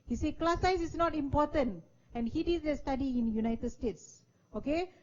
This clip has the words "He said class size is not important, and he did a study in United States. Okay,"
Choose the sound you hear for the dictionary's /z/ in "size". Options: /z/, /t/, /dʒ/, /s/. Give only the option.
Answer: /s/